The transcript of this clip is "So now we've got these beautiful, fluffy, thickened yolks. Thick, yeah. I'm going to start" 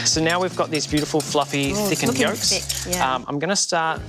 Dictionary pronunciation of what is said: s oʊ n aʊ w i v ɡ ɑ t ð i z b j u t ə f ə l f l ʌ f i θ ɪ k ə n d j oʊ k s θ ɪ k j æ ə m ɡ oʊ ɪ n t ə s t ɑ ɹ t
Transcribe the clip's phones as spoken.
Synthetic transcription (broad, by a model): s oʊ n aʊ w i v ɡ ɑ t ð i z b j u t ə f ə l f l ʌ f i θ ɪ k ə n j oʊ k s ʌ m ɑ ə m ɡ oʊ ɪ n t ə s t ɑ ɹ t